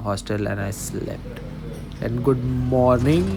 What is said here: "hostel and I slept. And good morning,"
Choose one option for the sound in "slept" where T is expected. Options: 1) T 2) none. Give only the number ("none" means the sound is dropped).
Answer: 1